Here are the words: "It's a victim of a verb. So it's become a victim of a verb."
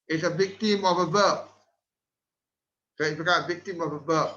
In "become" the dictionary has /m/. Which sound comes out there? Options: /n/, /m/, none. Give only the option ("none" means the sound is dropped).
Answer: none